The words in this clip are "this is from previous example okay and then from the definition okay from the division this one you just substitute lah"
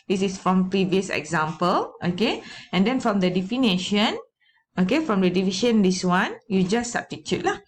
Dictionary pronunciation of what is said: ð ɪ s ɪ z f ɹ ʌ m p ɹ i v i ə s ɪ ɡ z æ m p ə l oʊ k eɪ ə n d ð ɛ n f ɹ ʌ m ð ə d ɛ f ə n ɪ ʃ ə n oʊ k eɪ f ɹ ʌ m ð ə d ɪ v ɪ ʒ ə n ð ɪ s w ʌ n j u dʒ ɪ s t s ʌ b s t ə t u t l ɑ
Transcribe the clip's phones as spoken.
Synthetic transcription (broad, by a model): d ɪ s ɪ s f ɹ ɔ m p ɹ i v i ə s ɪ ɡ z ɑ m p ə l oʊ k eɪ ə n d ɛ n f ɹ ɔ m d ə d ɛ f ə n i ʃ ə n oʊ k eɪ f ɹ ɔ m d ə d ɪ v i ʃ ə n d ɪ s w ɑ n j u dʒ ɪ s s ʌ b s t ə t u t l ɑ